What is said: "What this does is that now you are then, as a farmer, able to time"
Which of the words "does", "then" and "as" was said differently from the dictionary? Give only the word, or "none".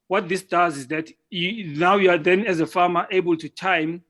none